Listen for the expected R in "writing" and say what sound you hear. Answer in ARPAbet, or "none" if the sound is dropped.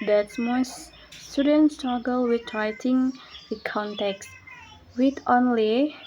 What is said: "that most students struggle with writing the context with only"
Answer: R